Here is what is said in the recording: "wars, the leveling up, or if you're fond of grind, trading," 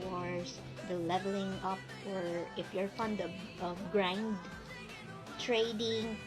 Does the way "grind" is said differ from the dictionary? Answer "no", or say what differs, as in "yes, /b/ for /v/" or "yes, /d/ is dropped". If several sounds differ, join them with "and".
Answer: no